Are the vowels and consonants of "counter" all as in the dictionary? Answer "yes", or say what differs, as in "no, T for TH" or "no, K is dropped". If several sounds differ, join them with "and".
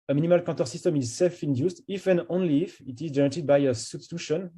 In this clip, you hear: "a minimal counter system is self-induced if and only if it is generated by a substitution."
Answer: no, N is dropped